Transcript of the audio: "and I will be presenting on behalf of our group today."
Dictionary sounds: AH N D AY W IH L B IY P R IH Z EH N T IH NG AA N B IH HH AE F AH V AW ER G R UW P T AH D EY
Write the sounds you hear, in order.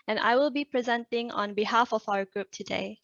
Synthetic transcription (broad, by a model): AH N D AY W IH L B IY P R IH Z EH N T IH NG AA N B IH HH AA F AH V AW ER G R UW P T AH D EY